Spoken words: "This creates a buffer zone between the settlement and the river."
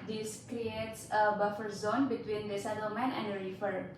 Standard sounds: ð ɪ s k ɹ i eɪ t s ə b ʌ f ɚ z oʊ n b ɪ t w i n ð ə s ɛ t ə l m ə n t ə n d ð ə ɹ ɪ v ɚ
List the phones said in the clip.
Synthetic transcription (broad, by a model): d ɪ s k ɹ i eɪ t s ə b ʌ f ɚ z oʊ n b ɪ t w i n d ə s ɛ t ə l m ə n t ə n d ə ɹ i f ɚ